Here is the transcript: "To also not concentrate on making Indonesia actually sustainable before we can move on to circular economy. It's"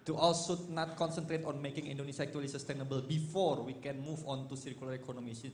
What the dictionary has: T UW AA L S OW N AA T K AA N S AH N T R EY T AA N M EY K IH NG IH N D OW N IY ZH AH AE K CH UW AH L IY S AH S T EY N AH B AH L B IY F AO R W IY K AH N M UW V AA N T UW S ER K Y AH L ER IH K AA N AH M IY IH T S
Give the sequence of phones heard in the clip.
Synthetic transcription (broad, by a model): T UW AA L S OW N AA T K AA N S AH N T R EY T AA N M EY K IH NG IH N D OW N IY S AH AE K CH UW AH L IY S AH S T EY N AH B AH L B IY F AO R W IY K AH N M UW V AA N T UW S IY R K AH L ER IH K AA N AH M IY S